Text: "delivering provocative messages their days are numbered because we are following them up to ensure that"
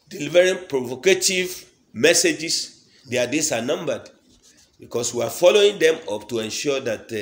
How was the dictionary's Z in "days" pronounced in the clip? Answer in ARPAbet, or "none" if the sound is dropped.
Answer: S